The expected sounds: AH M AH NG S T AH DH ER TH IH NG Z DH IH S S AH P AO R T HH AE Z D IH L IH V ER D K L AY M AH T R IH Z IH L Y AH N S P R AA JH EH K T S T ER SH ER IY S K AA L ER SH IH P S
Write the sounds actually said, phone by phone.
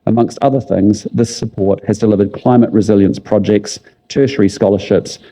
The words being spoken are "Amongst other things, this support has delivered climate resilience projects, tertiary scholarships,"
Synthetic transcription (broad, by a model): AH M AH NG S T AH DH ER TH IH NG Z DH IH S S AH P AO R T HH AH Z D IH L IH V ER D K L AY M AH T R IH Z IH L Y AH N S P R AA JH EH K T S T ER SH ER IY S K AA L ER SH IH P S